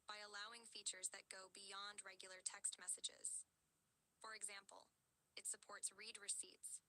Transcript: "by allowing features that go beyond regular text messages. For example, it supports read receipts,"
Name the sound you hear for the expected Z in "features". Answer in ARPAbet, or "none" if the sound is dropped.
Z